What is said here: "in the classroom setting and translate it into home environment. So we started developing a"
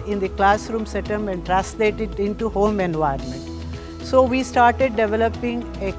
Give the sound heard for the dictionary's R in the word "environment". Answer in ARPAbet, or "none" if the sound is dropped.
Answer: none